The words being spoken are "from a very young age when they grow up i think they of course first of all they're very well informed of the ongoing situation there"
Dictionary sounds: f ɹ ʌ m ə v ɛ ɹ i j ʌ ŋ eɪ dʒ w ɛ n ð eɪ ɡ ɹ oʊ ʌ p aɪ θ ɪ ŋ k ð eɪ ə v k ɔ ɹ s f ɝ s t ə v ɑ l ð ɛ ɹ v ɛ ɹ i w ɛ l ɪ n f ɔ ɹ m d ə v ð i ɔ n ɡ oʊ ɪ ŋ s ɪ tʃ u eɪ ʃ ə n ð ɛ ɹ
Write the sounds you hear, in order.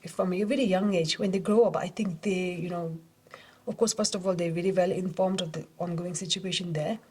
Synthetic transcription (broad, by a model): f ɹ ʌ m ə v ɛ ɹ i j ʌ ŋ eɪ dʒ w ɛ n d eɪ ɡ ɹ oʊ ʌ p aɪ t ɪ ŋ k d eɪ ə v k ɔ ɹ s f ɝ s t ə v ɑ l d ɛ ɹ v ɛ ɹ i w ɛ l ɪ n f ɔ ɹ m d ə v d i ɔ n ɡ oʊ ɪ ŋ s ɪ tʃ u eɪ ʃ ə n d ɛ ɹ